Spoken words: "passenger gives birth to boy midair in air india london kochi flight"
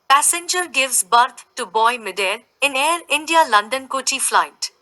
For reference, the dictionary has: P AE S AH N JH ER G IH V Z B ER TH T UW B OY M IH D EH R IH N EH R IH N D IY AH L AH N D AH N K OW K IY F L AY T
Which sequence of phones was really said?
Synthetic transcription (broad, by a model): P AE S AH N JH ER G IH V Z B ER T T UW B OY M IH D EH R IH N EH R IH N D IY AH L AH N D AH N K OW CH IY F L AY T